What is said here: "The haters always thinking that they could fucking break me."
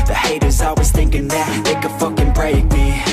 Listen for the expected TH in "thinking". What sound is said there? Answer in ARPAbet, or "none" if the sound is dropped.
TH